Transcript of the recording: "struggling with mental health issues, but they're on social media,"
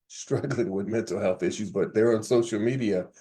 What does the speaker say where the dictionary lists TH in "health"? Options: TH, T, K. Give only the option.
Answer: TH